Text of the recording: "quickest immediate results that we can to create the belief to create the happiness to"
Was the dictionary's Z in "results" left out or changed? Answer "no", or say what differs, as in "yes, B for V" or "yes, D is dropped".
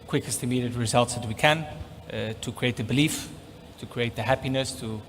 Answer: no